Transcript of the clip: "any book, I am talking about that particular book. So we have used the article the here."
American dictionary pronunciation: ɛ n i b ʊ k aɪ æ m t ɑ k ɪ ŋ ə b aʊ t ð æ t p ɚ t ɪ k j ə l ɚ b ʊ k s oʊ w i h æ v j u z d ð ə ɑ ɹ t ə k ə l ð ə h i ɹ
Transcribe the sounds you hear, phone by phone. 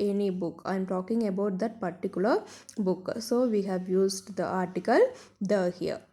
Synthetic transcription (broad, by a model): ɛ n i b ʊ k aɪ m t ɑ k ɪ ŋ ə b aʊ t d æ t p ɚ t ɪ k j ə l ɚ b ʊ k s oʊ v i h æ v j u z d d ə ɑ ɹ t ə k ə l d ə h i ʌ